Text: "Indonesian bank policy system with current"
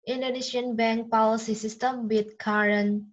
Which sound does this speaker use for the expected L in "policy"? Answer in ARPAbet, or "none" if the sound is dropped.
W